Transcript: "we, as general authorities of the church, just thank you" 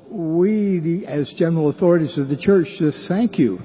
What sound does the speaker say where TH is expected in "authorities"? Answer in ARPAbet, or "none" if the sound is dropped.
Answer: TH